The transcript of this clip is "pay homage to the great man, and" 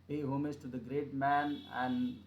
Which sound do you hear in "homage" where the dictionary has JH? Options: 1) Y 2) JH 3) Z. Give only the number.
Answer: 3